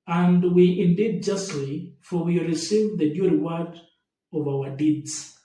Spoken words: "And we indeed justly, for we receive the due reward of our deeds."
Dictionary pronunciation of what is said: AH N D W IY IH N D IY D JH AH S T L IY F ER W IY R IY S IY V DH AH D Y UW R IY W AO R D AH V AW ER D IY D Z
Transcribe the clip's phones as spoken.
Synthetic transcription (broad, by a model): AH N D W IY IH N D IY D JH AH S T L IY F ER W IY R IY S IY V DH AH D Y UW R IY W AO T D AH V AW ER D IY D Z